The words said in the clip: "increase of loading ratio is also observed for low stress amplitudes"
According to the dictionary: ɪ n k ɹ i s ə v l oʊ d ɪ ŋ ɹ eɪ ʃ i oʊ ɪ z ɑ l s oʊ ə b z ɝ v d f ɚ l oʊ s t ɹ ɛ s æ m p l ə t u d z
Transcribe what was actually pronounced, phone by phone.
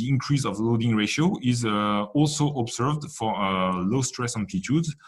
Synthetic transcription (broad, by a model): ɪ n k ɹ i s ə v l oʊ d ɪ ŋ ɹ eɪ ʃ i oʊ ɪ z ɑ l s oʊ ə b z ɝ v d f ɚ l oʊ s t ɹ ɛ s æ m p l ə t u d